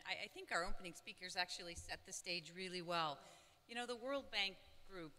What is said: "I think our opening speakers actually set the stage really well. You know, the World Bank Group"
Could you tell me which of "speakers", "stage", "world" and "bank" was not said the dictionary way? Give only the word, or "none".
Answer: none